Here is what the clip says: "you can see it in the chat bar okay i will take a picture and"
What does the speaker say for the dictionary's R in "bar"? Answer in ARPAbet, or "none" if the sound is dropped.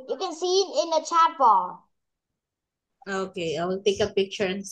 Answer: L